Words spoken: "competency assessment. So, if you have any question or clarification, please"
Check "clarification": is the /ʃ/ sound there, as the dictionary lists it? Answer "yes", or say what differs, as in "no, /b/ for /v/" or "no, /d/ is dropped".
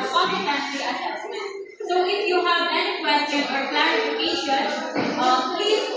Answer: no, /ʃ/ is dropped